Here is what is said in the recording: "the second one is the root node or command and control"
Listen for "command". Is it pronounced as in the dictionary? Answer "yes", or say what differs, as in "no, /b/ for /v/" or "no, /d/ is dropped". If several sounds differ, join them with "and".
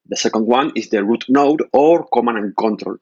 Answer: no, /d/ is dropped